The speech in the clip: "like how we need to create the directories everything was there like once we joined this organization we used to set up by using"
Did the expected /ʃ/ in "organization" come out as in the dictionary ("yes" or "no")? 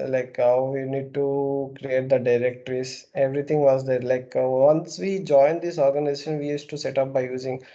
yes